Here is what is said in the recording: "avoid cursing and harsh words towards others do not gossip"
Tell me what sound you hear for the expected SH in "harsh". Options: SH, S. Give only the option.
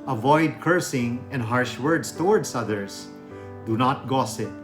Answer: SH